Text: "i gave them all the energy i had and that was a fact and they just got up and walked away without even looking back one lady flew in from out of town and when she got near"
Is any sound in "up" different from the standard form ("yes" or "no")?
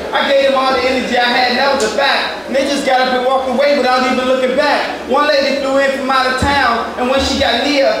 yes